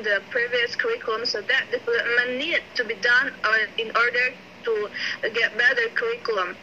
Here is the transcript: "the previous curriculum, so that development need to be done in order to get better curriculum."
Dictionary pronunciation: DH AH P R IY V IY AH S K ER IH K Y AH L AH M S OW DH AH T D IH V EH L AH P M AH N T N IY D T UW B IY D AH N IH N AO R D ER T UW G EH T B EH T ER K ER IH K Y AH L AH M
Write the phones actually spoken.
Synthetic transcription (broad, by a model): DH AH P R IY V IY AH S K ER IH K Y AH L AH M S OW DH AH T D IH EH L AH M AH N N IY D T UW B IY D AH N IH N AO R D ER T UW G EH T B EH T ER K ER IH K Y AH L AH M